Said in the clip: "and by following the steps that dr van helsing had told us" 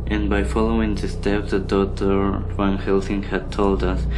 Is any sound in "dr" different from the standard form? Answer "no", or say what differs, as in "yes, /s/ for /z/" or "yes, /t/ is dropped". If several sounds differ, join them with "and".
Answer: yes, /k/ is dropped